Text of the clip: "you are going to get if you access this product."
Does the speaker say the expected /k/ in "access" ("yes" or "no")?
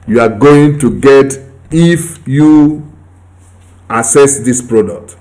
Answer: no